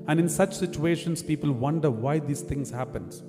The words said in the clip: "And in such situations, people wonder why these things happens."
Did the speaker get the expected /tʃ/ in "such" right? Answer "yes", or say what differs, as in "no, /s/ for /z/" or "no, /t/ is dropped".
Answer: yes